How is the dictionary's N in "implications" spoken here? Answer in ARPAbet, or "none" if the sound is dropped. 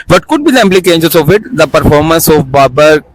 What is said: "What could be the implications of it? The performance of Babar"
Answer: none